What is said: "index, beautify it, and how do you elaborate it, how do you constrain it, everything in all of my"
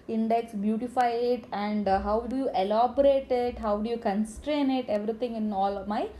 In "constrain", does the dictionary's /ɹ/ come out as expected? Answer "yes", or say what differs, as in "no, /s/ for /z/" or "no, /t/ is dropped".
yes